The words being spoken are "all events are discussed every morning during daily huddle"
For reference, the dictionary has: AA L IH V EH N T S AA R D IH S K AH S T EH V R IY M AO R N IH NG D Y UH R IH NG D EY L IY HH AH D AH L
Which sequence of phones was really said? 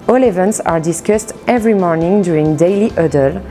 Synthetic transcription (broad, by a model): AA L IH V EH N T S AA R D IH S K AH S T EH V R IY M AO R N IH NG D Y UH R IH NG D EY L IY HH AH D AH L